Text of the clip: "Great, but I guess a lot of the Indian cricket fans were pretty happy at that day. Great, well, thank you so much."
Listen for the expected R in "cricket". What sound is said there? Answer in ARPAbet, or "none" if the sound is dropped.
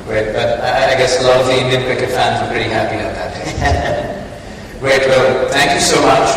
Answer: none